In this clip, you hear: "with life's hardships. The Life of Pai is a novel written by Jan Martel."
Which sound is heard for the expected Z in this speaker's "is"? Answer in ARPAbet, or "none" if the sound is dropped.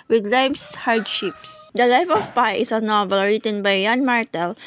S